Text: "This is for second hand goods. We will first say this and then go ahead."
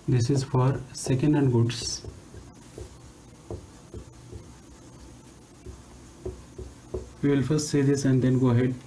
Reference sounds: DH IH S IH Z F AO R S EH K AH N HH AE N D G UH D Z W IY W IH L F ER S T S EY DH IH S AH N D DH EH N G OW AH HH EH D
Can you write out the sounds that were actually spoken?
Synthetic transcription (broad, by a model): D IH S IH Z F AO R S EH K AH N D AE N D G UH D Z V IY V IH L F ER S T S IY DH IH S AH N D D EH N G OW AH HH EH D